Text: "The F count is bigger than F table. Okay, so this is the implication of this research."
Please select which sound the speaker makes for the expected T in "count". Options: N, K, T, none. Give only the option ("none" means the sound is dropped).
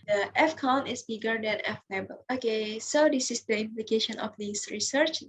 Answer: none